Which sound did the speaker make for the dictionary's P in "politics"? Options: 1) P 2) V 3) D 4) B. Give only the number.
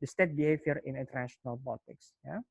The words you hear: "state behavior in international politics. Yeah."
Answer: 4